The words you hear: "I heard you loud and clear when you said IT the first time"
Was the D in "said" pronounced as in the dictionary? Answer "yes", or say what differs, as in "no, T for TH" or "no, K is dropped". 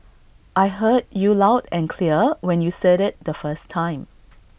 yes